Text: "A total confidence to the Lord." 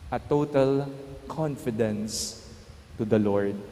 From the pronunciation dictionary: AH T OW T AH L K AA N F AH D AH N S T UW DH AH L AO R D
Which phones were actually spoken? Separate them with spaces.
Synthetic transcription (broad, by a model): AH T OW T AH L K AA N F AH D AH N S T UW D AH L AO R D